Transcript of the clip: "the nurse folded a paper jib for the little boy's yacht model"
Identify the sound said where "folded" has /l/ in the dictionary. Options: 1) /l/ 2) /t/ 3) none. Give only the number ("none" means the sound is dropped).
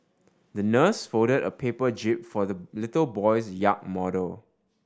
3